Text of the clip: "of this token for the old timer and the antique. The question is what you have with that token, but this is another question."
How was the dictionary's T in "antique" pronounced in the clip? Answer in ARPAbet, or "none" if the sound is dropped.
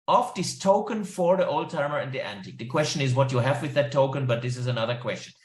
T